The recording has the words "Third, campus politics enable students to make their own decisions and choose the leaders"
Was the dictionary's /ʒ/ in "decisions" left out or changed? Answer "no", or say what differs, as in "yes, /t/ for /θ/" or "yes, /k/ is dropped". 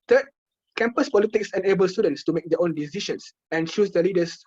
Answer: yes, /ʃ/ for /ʒ/